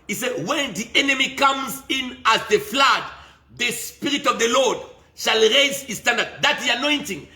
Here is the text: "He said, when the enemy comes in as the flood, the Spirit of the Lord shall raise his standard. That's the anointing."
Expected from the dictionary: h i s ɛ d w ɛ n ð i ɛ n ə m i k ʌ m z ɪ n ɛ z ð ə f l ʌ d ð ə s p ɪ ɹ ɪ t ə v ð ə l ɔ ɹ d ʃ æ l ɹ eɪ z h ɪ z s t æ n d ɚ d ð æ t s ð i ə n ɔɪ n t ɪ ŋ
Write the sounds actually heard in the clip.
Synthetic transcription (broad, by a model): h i s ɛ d w ɛ n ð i ɛ n ə m i k ʌ m z ɪ n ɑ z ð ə f l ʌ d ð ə s p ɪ ɹ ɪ t ə v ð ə l ɔ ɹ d ʃ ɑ l ɹ eɪ z h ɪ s t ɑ n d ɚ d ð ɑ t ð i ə n ɔɪ n t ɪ ŋ